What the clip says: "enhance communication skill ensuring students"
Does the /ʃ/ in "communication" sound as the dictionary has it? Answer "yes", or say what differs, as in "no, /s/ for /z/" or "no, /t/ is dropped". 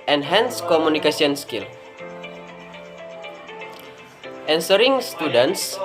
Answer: no, /s/ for /ʃ/